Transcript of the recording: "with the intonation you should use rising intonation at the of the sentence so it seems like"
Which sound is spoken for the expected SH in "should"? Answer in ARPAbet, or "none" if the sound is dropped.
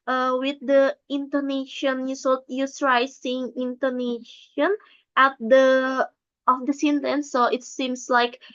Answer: S